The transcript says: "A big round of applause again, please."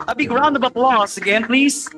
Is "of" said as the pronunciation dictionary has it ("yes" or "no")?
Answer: no